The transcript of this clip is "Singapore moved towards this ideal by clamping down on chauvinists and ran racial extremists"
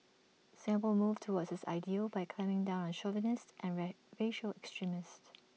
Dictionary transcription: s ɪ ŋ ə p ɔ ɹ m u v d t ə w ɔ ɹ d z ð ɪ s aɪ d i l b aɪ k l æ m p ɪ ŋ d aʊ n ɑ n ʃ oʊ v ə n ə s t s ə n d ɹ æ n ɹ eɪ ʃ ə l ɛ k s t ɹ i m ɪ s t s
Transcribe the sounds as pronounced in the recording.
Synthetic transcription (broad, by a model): s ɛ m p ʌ l m u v t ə w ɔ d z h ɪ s aɪ d i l b aɪ k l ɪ m ɪ ŋ d aʊ n ɑ n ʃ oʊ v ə n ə s t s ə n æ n ɹ eɪ ʃ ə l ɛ k s t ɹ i m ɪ s t